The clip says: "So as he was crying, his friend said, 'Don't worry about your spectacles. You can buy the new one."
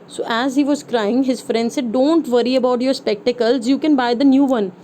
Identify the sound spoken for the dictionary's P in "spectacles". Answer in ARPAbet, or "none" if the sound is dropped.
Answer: P